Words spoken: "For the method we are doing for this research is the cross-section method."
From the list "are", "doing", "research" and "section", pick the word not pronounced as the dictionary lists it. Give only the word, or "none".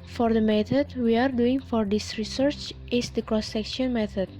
none